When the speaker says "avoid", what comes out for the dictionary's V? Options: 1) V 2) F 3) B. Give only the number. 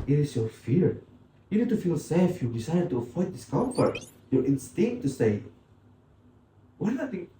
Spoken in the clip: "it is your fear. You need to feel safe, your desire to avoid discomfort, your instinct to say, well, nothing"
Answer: 2